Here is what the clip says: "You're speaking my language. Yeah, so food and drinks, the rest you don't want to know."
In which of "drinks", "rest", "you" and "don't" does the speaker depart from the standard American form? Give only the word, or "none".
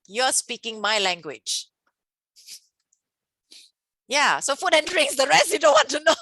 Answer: drinks